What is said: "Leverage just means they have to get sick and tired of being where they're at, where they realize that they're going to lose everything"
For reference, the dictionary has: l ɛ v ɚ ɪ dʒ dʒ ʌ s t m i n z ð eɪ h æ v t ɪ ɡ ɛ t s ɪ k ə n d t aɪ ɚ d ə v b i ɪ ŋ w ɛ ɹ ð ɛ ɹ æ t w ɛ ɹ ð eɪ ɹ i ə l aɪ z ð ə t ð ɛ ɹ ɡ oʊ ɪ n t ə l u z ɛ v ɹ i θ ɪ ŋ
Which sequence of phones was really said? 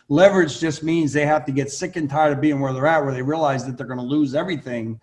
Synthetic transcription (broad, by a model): l ɛ v ɚ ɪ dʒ dʒ ʌ s t m i n z ð eɪ h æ f t ɪ ɡ ɛ t s ɪ k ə n t aɪ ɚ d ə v b i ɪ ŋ w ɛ ɹ ð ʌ ɹ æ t w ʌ ɹ ð eɪ ɹ i ə l aɪ z ð ə t ð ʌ ɹ ɡ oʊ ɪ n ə l u z ɛ v ɹ i θ ɪ ŋ